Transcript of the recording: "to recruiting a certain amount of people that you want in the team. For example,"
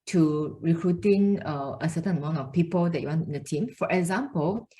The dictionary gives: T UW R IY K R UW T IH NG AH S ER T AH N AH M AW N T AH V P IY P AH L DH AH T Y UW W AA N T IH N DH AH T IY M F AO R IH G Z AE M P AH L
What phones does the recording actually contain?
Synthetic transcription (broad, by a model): T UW R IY K R UW T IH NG AH S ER T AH N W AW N AH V P IY P AH L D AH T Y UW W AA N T IH N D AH T IY M F AO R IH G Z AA M P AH L